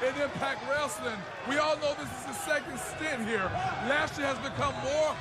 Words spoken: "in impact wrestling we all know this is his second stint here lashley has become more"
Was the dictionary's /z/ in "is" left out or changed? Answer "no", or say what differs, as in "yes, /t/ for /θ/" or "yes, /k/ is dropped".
no